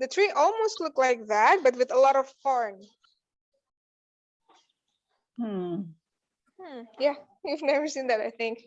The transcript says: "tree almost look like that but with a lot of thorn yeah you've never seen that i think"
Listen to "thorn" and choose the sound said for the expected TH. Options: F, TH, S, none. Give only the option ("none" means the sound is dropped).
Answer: F